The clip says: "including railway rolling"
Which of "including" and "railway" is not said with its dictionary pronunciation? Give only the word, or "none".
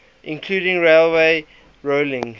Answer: none